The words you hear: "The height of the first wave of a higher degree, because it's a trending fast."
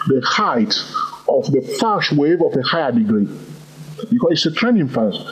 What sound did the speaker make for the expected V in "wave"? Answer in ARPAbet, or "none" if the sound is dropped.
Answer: V